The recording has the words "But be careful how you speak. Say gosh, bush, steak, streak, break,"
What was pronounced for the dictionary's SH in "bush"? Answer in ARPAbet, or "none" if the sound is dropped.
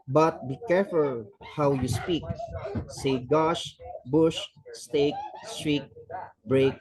SH